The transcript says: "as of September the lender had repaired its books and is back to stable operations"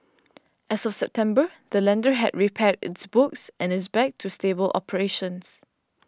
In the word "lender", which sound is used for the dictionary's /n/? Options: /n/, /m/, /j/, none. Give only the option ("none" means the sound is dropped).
/n/